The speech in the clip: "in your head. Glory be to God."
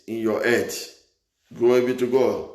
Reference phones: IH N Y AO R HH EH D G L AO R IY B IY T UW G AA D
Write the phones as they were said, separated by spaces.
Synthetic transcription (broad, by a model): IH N Y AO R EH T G AO IY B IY T UW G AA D